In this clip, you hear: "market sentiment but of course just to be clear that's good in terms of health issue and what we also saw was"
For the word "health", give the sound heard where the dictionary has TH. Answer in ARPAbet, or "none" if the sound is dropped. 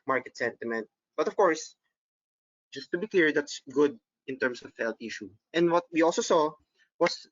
T